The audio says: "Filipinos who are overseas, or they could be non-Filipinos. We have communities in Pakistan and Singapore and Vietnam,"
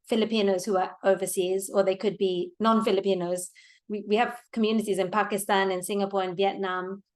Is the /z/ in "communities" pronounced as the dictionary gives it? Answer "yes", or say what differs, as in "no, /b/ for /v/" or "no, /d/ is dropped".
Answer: yes